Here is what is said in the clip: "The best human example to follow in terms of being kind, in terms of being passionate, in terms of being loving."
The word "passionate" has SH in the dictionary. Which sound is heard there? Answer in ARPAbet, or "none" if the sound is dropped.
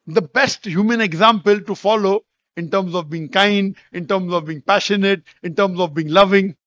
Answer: SH